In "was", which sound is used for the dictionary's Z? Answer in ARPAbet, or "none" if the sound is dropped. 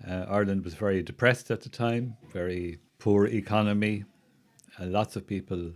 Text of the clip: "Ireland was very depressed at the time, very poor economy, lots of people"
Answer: Z